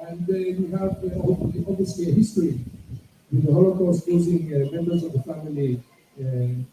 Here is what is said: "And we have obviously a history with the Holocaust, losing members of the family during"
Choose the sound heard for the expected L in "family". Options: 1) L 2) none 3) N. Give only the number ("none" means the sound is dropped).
2